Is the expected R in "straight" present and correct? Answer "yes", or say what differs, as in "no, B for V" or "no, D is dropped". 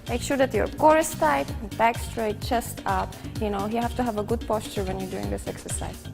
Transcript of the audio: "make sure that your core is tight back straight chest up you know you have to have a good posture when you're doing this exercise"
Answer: yes